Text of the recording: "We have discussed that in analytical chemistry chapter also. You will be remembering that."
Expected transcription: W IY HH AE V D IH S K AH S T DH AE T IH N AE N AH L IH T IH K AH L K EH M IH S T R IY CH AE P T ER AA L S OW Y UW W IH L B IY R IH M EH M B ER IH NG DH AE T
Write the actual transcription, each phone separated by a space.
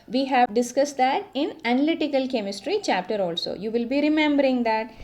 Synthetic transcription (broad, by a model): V IY HH AE V D IH S K AH S T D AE T IH N AE N AH L IH T IH K AH L K EH M IH S T R IY CH AE P T ER AA L S OW Y UW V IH L B IY R IH M EH M B ER IH NG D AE T